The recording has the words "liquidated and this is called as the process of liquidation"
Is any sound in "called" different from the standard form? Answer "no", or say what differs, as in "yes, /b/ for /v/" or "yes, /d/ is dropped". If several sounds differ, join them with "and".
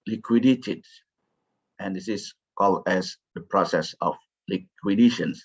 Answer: yes, /d/ is dropped